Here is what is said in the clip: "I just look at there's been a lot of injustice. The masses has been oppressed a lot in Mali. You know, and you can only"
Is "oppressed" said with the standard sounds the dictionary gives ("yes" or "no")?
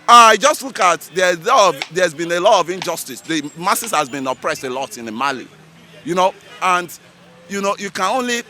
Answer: yes